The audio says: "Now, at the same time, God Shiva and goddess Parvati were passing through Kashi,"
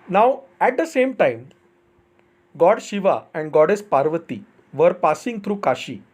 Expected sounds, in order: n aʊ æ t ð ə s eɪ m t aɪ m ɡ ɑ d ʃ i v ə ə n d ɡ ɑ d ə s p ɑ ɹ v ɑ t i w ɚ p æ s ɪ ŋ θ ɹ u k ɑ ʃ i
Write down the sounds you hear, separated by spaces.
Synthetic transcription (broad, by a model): n aʊ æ t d ə s eɪ m t aɪ m ɡ ɑ d ʃ i v ə ə n d ɡ ɑ d ə s p ɑ ɹ v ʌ t i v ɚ p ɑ s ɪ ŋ t ɹ u k ɑ ʃ i